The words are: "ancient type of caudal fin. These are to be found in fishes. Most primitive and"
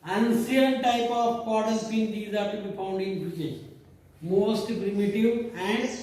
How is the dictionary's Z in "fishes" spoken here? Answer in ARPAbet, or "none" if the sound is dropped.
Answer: none